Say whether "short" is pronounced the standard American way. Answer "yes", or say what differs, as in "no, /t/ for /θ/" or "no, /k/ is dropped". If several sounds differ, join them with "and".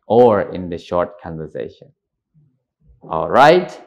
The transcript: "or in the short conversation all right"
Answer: yes